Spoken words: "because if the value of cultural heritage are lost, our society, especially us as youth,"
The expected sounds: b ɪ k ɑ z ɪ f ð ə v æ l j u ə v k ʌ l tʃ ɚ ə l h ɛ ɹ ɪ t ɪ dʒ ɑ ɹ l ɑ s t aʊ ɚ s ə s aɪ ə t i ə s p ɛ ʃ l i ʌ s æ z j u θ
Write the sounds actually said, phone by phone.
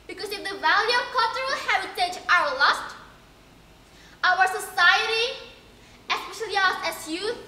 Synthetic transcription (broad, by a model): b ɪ k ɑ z ɪ f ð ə v æ l j u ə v k ʌ l tʃ ɚ ə l h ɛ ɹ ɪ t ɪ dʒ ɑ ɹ l ɑ s t aʊ ɚ s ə s aɪ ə t i ə s p ɛ ʃ l i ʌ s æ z j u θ